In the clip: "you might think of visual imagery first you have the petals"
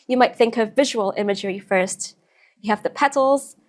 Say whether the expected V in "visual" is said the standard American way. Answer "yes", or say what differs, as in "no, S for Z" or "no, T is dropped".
yes